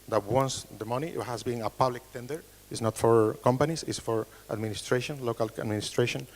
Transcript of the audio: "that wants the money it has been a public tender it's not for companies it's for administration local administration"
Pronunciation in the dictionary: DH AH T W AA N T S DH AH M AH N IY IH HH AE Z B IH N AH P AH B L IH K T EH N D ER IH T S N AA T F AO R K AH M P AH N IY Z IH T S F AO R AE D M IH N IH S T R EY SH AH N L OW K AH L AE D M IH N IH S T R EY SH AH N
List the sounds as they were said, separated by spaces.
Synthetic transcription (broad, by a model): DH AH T W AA N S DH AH M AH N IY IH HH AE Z B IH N AH P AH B L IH K T EH N D ER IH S N AA T F AO R K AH M P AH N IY S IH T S F AO R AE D M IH N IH S T R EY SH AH N L OW K AH L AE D M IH N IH S T R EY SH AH N